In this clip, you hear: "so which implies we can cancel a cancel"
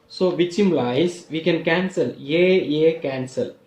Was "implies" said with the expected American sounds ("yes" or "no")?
no